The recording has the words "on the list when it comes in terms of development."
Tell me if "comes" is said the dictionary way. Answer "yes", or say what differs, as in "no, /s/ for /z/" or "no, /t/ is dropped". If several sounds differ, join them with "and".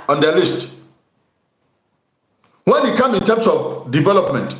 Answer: no, /z/ is dropped